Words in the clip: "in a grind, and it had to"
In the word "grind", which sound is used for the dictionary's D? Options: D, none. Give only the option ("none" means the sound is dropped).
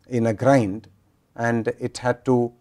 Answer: D